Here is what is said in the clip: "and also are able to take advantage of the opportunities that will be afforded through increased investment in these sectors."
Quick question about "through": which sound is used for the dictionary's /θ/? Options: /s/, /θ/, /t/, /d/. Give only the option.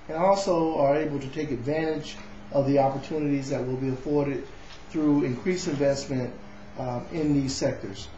/θ/